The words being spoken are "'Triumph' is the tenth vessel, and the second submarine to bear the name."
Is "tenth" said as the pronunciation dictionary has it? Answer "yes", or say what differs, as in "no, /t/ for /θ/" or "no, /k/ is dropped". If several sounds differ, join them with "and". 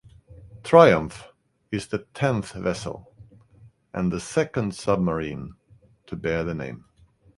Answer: yes